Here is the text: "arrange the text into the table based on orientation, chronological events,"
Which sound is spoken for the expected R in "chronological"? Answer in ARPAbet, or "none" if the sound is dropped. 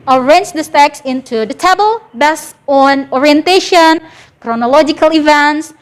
R